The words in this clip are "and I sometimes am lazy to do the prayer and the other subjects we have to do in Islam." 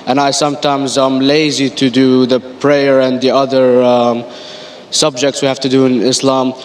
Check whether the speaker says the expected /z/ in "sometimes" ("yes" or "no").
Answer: yes